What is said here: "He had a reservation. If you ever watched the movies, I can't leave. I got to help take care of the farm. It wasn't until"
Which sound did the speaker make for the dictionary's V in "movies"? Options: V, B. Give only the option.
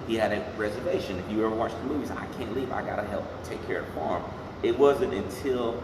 V